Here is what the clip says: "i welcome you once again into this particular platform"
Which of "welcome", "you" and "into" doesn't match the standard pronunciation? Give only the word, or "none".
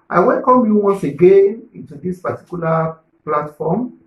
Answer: none